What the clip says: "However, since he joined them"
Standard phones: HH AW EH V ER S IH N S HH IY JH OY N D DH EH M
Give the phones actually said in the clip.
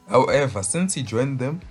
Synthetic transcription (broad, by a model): HH AW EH V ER S IH N S HH IY JH OY N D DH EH M